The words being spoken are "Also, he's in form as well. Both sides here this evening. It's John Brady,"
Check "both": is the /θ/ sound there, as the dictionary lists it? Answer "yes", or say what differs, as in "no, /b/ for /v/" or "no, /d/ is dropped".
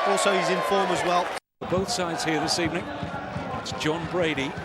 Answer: yes